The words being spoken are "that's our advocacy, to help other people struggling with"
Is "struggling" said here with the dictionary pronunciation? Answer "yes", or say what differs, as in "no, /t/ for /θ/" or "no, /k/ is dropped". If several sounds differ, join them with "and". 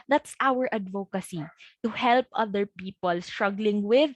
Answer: yes